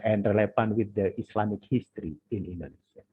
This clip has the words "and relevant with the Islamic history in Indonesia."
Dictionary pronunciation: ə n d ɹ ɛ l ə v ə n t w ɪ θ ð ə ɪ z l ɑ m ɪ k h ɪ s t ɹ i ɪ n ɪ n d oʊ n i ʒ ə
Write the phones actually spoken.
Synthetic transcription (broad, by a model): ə n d ɹ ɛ l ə f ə n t w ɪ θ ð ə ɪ s l ɑ m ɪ k h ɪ s t ɹ i ɪ n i n d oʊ n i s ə